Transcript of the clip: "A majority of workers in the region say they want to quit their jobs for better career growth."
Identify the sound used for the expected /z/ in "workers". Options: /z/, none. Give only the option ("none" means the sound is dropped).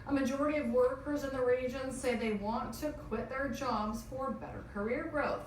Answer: /z/